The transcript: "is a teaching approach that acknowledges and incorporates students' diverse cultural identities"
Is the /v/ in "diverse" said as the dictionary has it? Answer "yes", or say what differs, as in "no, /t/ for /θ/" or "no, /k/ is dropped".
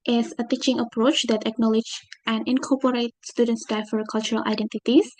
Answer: no, /f/ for /v/